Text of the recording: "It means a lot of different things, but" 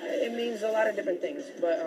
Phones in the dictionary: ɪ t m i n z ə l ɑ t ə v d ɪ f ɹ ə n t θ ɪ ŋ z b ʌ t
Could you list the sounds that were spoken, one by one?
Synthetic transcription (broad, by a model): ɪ t m i n z ə l ɑ t ə v d ɪ f ɹ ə n θ ɪ ŋ z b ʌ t